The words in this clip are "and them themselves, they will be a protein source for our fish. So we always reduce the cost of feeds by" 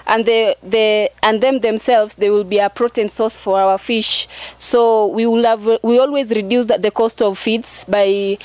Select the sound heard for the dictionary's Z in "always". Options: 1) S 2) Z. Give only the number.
2